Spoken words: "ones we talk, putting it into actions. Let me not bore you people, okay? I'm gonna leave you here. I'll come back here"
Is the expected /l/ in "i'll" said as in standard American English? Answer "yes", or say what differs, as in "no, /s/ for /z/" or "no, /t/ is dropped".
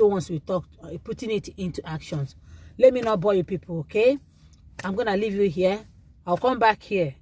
no, /w/ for /l/